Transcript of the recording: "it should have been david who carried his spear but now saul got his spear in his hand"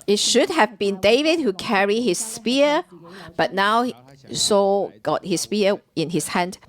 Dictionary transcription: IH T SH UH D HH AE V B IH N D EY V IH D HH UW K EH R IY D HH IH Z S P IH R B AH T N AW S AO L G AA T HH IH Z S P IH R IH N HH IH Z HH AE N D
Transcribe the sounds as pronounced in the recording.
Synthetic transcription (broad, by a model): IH T SH UH D HH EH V B IH N D EY V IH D HH UW K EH R IY HH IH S P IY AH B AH T N AW S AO G AA T HH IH S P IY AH IH N HH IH S HH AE N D